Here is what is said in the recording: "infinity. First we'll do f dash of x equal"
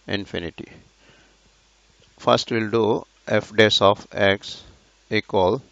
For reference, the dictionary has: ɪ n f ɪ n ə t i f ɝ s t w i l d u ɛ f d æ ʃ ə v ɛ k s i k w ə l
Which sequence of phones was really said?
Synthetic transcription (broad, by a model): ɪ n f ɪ n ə t i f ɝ s t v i l d u ɛ f d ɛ s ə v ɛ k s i k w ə l